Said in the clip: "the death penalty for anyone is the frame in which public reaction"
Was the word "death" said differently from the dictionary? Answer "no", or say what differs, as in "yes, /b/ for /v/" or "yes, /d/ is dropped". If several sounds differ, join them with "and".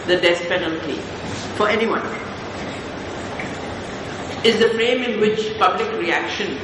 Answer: yes, /s/ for /θ/